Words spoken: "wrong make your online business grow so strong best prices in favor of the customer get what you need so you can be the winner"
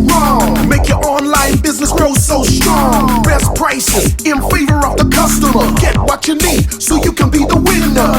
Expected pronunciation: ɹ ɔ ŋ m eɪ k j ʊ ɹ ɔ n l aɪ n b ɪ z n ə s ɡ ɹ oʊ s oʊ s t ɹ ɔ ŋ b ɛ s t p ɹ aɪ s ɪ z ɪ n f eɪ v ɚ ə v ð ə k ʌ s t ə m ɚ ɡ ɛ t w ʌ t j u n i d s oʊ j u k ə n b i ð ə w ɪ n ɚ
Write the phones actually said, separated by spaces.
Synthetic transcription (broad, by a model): ɹ ɔ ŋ m eɪ k j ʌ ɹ ɔ n l aɪ n b ɪ z n ə s ɡ ɹ oʊ s oʊ s t ɹ ɔ ŋ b ɛ s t p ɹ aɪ s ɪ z ɪ n f eɪ v ɚ ə v ð ə k ʌ s t ə m ɚ ɡ ɛ t w ʌ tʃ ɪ n i d s oʊ j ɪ k ə n b i ð ə w ɪ n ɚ